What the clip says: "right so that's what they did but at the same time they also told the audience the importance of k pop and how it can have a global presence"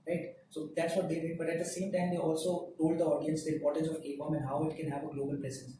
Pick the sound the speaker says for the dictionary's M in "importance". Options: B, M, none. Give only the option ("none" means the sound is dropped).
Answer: none